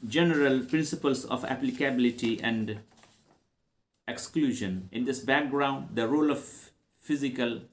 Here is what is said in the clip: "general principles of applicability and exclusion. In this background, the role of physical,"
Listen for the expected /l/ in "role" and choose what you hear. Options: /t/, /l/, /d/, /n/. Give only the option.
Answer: /l/